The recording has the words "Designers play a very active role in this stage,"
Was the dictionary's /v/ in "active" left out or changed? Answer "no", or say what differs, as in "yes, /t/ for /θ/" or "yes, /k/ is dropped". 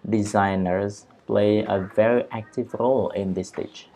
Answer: no